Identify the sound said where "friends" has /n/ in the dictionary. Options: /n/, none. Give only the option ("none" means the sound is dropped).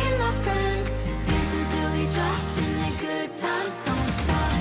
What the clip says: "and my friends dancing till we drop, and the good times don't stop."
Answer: /n/